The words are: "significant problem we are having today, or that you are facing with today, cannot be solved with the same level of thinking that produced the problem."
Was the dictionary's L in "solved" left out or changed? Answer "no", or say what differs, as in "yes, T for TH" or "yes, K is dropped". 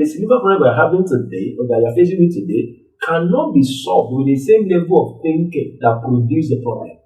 yes, L is dropped